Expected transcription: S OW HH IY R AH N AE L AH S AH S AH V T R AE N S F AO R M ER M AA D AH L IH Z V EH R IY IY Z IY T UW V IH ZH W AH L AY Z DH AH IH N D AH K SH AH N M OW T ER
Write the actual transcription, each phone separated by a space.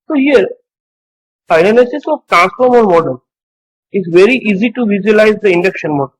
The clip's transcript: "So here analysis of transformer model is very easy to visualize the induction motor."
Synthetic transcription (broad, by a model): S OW HH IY R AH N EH N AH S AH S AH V T R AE N S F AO R M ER M AA D AH L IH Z V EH R IY IY Z IY T UW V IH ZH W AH L AY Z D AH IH N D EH K SH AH N M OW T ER